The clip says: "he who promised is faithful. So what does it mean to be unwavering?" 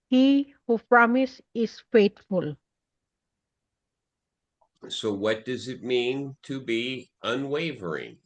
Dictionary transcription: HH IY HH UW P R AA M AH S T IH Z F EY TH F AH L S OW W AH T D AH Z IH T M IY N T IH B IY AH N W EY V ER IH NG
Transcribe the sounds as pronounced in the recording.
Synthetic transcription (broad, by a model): HH IY HH UW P R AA M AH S IH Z F EY T F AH L S OW W AH T D AH Z IH T M IY N T IH B IY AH N W EY V ER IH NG